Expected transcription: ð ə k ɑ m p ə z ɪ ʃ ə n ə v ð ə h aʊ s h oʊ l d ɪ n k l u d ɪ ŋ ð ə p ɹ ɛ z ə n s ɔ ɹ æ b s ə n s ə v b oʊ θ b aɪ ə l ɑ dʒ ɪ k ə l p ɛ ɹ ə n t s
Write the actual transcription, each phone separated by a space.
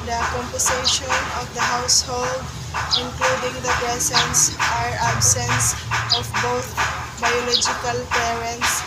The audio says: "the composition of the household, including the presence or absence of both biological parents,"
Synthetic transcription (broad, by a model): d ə k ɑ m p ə s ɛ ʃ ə n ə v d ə h aʊ s h oʊ l d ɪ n k l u d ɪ ŋ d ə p ɹ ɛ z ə n s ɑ ɹ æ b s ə n s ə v b oʊ t b aɪ ə l ɑ dʒ ɪ k ə l p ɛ ɹ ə n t s